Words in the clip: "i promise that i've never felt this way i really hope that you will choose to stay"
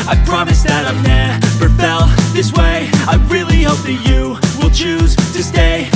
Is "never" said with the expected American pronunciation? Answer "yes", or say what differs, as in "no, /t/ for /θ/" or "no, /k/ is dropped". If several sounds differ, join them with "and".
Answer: no, /p/ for /v/